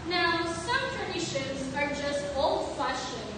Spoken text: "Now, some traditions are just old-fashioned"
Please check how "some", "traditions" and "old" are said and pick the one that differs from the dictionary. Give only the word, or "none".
none